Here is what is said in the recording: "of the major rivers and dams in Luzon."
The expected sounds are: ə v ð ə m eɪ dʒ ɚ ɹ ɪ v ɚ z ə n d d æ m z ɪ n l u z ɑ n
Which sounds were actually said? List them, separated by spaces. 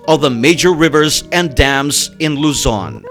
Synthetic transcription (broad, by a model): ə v ð ə m eɪ dʒ ɚ ɹ ɪ v ɚ z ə n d d æ m z ɪ n l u z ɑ n